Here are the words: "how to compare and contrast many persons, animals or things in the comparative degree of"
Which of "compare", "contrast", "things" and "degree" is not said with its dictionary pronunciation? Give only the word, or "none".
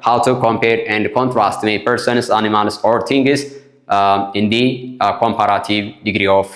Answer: things